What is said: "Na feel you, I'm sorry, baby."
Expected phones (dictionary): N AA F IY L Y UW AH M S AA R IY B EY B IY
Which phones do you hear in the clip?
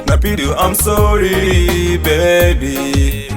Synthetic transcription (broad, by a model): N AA P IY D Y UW AH M S AA R IY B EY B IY